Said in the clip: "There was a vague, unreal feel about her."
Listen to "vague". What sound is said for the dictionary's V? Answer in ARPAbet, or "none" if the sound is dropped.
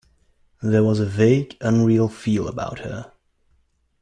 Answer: V